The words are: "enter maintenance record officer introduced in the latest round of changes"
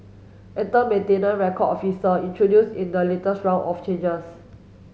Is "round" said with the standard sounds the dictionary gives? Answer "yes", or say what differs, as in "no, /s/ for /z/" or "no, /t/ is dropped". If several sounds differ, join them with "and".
no, /d/ is dropped